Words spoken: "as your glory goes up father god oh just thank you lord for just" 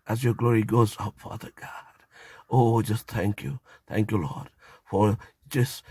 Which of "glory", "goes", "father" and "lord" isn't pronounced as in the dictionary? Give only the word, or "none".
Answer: none